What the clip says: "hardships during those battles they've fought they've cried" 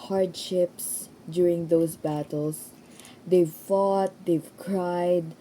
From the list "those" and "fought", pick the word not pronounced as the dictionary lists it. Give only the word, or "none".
those